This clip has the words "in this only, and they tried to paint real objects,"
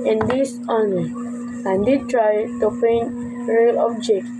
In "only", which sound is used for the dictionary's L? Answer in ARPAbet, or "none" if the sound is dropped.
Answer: none